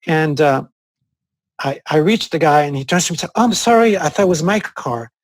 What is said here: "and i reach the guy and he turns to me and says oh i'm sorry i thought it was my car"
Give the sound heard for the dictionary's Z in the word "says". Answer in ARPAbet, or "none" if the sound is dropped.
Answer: none